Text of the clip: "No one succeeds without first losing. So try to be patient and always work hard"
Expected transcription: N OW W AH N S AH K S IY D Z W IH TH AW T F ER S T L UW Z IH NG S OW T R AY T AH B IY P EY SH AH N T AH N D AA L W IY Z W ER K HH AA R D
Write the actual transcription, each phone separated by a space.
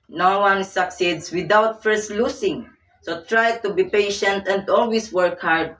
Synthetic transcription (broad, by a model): N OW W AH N S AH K S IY D S W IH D AW T F ER S T L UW S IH NG S OW T R AY T AH B IY P EY SH AH N T AH N D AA L W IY S W ER K HH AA R D